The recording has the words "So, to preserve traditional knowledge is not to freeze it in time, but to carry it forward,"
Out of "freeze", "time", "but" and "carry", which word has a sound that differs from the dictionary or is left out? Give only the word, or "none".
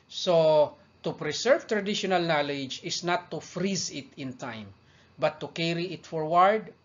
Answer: none